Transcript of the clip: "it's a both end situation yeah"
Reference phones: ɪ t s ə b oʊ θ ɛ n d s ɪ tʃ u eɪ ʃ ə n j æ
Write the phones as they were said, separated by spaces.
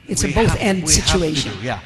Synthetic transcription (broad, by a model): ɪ t s ə b oʊ θ ɛ n d s ɪ tʃ u eɪ ʃ ə n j